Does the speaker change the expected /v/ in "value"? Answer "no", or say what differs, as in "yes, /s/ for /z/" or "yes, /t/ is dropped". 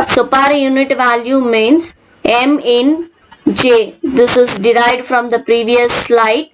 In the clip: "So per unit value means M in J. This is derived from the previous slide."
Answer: no